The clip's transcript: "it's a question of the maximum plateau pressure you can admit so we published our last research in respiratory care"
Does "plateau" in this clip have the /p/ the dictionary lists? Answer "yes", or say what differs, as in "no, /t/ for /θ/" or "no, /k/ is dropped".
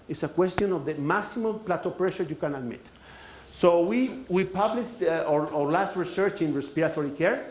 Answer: yes